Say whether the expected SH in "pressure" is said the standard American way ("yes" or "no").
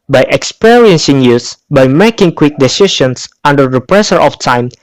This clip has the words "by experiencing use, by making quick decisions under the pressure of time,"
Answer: no